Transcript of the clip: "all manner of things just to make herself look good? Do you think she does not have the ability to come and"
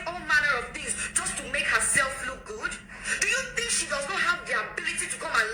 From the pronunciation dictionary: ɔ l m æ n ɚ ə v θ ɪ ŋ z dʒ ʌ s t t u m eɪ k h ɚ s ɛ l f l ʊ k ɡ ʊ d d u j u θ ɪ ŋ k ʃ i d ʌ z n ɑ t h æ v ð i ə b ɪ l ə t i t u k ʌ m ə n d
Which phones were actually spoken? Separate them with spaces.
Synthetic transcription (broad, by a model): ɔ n m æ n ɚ ə v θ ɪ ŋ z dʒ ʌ s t t u m eɪ k h ɚ s ɛ l f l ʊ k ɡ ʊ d d u j u θ ɪ ŋ k ʃ i d ʌ z n ɑ t h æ v ð i ə b ɪ l ə t i t u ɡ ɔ ə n